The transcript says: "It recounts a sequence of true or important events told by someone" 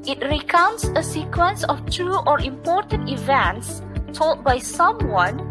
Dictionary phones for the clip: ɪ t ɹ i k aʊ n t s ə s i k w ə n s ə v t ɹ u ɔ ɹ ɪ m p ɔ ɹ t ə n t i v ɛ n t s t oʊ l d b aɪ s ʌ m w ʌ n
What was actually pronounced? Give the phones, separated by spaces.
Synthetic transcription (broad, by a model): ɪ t ɹ i k aʊ n t s ə s i k w ə n s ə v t ɹ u ɔ ɹ ɪ m p ɔ ɹ t ə n t i v ɛ n t s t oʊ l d b aɪ s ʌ m w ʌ n